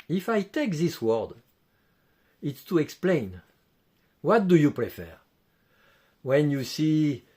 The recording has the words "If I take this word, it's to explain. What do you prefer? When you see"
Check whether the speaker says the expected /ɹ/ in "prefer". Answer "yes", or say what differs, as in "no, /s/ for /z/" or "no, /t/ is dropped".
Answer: yes